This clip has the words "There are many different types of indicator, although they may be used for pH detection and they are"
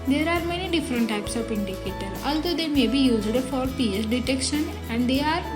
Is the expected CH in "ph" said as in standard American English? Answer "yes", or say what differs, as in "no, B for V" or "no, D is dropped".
no, S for CH